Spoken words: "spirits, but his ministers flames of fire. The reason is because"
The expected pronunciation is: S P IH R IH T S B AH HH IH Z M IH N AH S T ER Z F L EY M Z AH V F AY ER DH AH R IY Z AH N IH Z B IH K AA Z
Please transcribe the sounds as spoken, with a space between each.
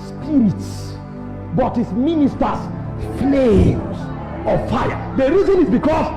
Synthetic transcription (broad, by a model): S P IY R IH T S B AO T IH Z M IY N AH S T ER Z F L EY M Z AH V F AY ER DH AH R IY Z AH N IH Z B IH K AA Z